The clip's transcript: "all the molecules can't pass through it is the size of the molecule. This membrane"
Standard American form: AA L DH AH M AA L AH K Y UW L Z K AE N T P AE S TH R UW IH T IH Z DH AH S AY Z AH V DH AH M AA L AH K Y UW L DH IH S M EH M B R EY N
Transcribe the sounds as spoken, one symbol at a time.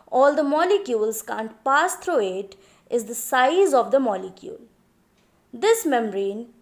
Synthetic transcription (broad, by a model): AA L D AH M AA L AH K Y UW L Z K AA N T P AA S T R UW IH T IH Z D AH S AY Z AH V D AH M AA L AH K Y UW L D IH S M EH M R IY N